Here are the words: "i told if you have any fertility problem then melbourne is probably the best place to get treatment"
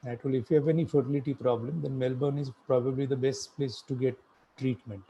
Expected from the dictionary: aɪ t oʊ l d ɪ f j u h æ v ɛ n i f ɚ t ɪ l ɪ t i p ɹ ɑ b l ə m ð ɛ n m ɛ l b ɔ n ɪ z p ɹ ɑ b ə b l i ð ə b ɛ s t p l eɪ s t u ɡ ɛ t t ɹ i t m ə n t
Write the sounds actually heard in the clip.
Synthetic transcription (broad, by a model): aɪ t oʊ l ɪ f j u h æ v ɛ n i f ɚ t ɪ l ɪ t i p ɹ ɑ b l ə m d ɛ n m ɛ l b ɔ n ɪ z p ɹ ɑ b ə b l i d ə b ɛ s t p l eɪ s t u ɡ ɛ t t ɹ i t m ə n t